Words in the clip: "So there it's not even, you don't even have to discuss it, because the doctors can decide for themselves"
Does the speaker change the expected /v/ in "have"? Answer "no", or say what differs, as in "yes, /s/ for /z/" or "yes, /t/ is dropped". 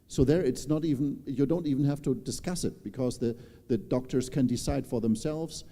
yes, /f/ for /v/